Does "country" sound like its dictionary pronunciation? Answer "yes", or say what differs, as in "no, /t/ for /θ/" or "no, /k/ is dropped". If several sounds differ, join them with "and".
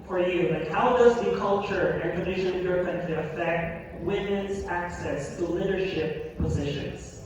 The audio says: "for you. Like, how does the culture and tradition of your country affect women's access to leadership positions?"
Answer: no, /ɹ/ is dropped